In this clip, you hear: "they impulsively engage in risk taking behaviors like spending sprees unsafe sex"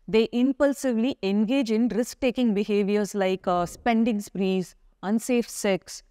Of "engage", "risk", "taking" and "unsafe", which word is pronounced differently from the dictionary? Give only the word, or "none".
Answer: none